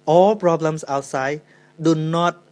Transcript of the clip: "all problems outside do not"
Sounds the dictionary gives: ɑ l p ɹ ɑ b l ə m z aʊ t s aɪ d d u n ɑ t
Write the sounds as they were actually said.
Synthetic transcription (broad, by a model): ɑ l p ɹ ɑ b l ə m s aʊ t s aɪ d d u n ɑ t